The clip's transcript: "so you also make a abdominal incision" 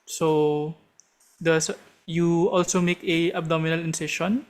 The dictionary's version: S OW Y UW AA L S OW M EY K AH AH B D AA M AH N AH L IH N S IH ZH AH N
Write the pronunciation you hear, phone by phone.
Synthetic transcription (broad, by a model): S OW Y UW AA L S OW M EY K AH AH B D AA M AH N AH L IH N S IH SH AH N